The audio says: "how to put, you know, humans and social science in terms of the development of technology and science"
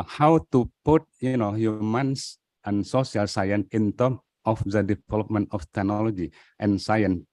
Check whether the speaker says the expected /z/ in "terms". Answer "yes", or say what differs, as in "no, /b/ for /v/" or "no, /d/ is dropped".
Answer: no, /z/ is dropped